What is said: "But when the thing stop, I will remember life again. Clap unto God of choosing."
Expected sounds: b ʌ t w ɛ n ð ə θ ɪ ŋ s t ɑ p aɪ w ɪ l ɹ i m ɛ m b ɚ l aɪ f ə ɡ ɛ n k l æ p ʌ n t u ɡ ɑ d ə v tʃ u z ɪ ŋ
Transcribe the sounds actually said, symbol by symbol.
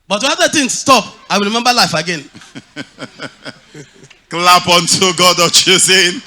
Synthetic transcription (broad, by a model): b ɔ t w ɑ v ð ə t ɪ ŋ s t ɑ p aɪ w ɪ l ɹ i m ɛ m b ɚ l aɪ f ə ɡ ɛ n k l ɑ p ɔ n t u ɡ ɑ d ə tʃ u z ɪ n